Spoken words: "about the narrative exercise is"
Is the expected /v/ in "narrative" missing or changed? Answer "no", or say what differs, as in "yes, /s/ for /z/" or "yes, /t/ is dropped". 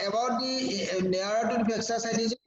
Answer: yes, /b/ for /v/